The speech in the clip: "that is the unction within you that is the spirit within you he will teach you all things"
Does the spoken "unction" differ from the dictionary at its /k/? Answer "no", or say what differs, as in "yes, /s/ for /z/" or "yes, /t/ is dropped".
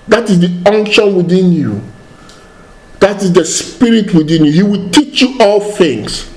no